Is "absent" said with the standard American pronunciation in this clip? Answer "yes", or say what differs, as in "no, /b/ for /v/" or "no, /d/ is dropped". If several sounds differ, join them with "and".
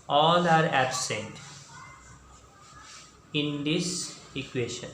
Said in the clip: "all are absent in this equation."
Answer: yes